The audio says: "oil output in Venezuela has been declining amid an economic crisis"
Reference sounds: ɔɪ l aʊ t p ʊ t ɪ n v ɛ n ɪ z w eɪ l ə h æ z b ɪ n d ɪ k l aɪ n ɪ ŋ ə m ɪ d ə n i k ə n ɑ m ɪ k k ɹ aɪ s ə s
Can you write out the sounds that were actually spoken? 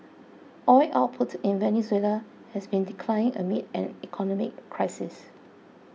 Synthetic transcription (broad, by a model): ɔɪ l aʊ t p ʊ t ɪ n v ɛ n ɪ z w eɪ l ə h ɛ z b ɪ n d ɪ k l aɪ ɪ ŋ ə m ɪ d ə n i k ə n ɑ m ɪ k k ɹ aɪ s ə s